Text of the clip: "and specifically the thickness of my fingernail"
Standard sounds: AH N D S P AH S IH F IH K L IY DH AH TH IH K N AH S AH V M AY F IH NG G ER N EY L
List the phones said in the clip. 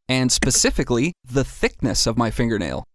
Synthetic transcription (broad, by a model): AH N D S P AH S IH F IH K L IY DH AH TH IH K N AH S AH V M AY F IH NG G ER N EY L